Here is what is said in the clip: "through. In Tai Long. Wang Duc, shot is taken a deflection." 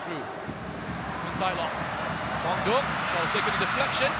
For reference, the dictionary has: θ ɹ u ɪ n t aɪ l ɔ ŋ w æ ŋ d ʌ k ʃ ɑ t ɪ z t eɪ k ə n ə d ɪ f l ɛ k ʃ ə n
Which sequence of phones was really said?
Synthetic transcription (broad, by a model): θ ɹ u ɪ n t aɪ l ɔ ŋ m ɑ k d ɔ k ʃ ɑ ɪ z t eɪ k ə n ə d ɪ f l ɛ k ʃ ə n